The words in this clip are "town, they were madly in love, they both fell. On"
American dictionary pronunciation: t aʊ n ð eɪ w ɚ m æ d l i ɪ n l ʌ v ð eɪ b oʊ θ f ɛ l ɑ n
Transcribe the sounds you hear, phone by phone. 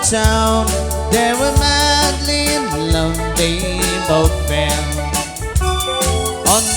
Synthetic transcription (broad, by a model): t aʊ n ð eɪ w ɚ m æ d l i ɪ n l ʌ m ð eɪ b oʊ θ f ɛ n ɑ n